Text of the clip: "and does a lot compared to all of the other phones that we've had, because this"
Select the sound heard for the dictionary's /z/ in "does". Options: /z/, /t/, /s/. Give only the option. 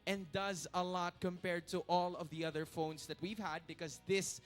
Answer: /z/